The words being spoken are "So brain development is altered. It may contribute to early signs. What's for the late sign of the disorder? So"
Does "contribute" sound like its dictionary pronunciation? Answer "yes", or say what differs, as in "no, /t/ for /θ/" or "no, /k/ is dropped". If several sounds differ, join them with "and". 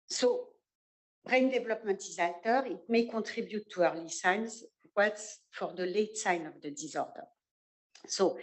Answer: no, /n/ is dropped